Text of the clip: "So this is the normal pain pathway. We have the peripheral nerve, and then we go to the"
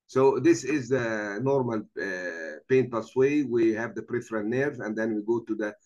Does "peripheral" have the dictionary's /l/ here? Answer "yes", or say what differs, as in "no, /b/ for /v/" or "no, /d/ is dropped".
no, /n/ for /l/